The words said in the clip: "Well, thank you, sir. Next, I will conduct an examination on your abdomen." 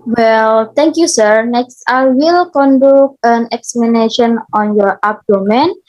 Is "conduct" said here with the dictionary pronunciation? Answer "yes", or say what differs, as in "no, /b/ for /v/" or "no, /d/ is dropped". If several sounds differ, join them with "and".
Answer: no, /t/ is dropped